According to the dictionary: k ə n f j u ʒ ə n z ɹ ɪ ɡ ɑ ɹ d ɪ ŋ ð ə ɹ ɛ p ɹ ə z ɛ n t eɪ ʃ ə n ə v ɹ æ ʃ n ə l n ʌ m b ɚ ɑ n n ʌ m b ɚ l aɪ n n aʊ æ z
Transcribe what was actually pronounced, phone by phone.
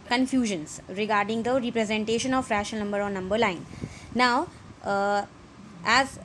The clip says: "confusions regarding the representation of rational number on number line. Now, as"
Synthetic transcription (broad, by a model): k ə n f j u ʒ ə n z ɹ ɪ ɡ ɑ ɹ d ɪ ŋ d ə ɹ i p ɹ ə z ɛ n t eɪ ʃ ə n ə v ɹ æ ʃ ə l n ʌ m b ɚ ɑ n n ʌ m b ɚ l aɪ n n aʊ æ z